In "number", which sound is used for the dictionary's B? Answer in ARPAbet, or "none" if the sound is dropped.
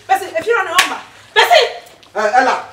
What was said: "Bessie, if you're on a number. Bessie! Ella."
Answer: none